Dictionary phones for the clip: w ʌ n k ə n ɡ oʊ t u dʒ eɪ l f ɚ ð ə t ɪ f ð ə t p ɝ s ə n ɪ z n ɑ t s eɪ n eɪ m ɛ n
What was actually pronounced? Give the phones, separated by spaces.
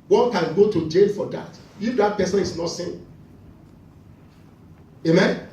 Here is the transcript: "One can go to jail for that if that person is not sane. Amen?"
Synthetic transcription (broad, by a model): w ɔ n k ə n ɡ oʊ t u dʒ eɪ n f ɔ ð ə t ɪ f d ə t p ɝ s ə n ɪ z n ɑ t s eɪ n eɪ m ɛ n